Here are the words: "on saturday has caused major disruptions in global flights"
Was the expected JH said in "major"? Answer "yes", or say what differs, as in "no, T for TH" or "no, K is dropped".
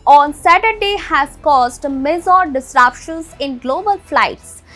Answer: no, Z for JH